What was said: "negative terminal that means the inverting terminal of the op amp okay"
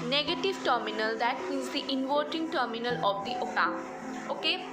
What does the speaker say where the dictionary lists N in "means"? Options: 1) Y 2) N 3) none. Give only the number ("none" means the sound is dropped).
3